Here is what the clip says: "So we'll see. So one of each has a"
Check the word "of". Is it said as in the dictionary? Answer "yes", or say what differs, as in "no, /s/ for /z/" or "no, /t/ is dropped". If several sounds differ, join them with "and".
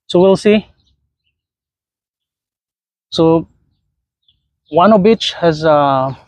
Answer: no, /b/ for /v/